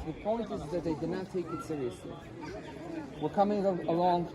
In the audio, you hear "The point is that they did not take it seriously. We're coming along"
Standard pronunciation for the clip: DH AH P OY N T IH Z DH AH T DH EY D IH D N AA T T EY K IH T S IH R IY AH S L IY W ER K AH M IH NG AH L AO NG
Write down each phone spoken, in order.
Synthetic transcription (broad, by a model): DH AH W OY L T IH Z DH AH T DH EY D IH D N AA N T EY K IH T S IH R IY AH S L IY W ER K AH M IH NG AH L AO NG